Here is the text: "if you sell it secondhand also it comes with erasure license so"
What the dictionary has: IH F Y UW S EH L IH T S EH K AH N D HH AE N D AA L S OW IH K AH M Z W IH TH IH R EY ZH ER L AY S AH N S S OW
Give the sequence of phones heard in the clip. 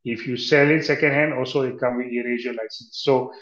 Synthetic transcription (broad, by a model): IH F Y UW S EH L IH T S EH K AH N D HH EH N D AA L S OW IH K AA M W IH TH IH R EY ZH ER L AY S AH N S S OW